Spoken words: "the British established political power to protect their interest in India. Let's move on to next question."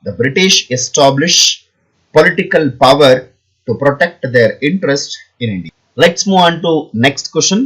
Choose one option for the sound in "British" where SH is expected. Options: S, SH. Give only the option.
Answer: SH